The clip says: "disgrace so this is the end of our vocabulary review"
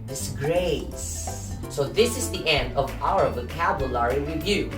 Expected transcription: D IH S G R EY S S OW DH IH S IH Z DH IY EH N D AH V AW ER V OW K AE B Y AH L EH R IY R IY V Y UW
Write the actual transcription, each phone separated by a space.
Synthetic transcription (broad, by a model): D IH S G R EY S S OW DH IH S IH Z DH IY EH N D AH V AW ER V OW K AE B Y AH L EH R IY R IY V Y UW